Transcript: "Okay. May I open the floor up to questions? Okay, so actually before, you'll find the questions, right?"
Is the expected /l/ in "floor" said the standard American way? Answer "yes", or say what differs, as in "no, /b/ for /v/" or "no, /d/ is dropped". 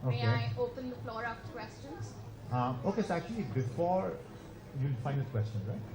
yes